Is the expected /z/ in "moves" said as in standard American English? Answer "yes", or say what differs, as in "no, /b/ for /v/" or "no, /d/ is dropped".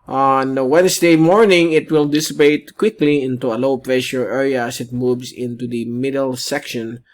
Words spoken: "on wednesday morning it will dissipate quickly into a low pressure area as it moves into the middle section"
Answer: no, /s/ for /z/